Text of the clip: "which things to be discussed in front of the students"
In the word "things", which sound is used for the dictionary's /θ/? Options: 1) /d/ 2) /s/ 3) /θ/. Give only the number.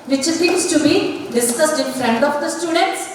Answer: 2